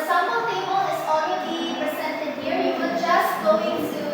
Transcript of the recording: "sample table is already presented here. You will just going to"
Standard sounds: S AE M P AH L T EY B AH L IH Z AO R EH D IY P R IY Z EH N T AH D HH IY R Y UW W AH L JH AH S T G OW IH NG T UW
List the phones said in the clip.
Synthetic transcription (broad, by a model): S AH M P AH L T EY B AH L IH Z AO EH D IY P R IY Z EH N T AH D HH IY R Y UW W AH JH AH S T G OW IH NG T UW